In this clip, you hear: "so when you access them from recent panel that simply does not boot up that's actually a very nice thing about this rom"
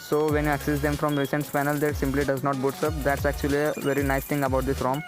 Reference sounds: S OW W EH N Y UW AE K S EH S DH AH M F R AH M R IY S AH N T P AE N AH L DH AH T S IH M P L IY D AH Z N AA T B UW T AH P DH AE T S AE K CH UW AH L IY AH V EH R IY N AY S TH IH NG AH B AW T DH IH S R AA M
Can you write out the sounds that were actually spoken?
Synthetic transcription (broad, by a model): S OW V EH N Y UW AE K S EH S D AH M F R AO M R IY S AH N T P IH N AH L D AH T S IH M P L IY D AH Z N AA T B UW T AH P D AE T S AE K CH UW AH L IY AH V EH R IY N AY S T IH NG AH B AW T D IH S R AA M